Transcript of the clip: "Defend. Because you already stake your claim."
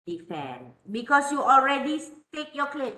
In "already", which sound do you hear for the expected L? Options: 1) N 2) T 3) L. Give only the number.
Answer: 3